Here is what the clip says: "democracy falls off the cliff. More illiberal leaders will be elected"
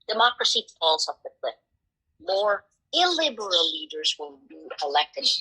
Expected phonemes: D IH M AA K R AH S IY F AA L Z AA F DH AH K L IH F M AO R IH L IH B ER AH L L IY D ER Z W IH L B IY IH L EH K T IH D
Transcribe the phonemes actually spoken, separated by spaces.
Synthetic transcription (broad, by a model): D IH M AA K R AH S IY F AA L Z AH P DH AH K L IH P M AO R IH L IH B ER AH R L IY D ER Z W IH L B IY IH L EH K T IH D